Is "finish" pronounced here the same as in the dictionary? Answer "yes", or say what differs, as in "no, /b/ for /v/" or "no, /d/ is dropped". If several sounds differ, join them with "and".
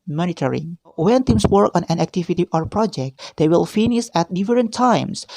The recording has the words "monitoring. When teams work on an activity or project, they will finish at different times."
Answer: no, /s/ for /ʃ/